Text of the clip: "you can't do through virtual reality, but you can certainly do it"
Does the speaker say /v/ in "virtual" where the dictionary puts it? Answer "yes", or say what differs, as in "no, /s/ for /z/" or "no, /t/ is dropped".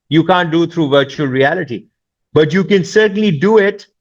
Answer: yes